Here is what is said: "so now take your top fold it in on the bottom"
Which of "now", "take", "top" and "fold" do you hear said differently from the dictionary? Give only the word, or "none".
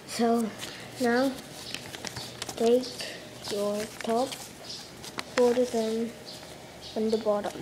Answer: fold